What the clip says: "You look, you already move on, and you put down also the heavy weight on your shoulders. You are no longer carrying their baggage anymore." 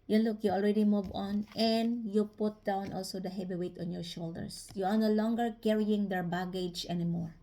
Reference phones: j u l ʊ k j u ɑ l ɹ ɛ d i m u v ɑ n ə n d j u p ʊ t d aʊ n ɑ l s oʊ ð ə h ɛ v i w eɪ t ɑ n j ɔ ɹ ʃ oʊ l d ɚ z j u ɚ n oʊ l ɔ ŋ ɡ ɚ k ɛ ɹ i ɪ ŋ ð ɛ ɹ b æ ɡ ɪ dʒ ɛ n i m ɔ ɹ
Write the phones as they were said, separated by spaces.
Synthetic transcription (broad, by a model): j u l ʊ k j u ɑ l ɹ ɛ d i m u v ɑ n ə n d j u p ʊ t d aʊ n ɑ l s oʊ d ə h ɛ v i w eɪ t ɑ n j ɔ ɹ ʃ oʊ l d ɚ s j u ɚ n oʊ l ɔ ŋ ɡ ɚ k ɛ ɹ i ɪ ŋ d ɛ ɹ b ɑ ɡ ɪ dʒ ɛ n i m ɔ ɹ